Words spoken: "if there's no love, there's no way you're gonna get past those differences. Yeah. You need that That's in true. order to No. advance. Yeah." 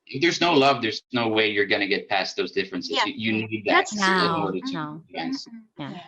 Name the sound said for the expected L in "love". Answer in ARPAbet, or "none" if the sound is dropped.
L